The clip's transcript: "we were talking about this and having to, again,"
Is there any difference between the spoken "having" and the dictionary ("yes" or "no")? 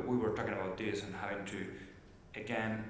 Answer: yes